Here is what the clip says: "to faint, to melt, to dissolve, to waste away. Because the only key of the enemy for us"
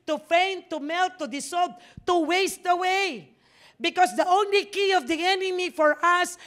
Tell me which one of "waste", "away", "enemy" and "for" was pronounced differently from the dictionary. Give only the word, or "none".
none